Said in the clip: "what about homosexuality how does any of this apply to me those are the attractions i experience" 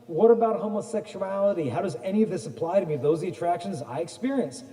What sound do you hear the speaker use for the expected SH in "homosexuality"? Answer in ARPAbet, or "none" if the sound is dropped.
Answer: SH